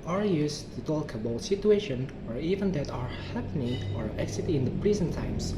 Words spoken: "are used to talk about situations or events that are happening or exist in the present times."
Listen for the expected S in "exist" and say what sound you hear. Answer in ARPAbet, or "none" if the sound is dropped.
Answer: none